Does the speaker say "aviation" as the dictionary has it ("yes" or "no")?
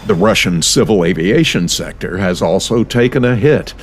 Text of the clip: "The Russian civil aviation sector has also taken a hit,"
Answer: yes